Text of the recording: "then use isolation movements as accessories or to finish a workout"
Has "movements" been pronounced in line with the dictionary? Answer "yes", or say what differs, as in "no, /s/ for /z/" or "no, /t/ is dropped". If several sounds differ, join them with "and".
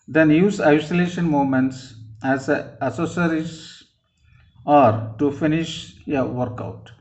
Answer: no, /v/ is dropped